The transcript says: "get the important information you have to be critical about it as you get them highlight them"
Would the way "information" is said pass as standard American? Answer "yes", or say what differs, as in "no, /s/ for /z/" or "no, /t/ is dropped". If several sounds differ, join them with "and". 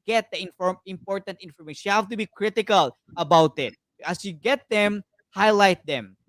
no, /ʃ/ is dropped